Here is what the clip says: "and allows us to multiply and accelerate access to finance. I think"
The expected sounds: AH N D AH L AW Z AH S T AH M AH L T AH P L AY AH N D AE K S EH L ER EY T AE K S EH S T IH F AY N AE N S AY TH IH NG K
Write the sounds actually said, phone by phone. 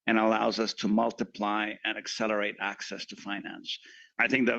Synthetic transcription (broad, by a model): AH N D AH L AW Z AH S T AH M AH L T AH P L AY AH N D AE K S EH L ER EY T AE K S EH S T IH F AY N AE N S AY TH IH NG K